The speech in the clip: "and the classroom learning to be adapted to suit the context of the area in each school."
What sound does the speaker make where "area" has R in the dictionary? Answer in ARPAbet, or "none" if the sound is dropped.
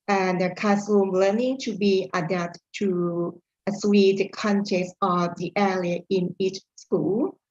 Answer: L